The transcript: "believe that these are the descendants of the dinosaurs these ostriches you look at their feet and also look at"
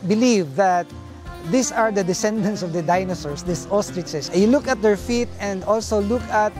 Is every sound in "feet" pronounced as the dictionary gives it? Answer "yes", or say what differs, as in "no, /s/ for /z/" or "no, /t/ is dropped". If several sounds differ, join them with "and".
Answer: yes